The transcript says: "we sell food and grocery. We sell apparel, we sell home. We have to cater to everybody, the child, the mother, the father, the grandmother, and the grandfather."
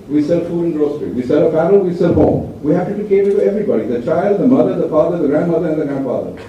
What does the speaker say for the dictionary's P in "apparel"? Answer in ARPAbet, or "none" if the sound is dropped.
F